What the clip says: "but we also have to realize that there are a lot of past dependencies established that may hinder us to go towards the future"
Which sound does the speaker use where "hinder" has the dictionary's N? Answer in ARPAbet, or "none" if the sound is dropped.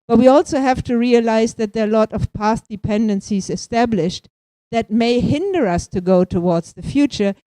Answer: N